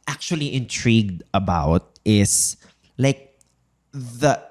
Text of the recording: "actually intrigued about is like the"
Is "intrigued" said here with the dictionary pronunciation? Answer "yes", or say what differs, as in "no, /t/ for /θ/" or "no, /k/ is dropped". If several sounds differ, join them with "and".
yes